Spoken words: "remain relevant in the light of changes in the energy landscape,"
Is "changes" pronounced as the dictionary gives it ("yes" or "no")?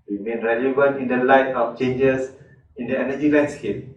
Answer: no